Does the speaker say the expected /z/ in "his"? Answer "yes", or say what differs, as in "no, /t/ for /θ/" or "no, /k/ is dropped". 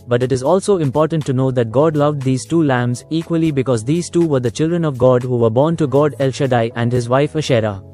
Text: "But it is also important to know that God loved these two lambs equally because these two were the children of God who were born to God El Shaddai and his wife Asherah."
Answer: yes